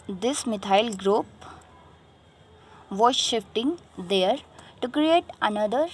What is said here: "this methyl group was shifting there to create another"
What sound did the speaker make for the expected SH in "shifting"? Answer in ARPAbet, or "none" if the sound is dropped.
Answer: SH